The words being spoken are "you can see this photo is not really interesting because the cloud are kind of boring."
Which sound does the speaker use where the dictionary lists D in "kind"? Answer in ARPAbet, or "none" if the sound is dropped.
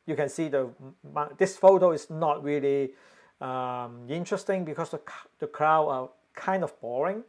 D